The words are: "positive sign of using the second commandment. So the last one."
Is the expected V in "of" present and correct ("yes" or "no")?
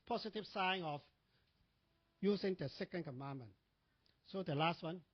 no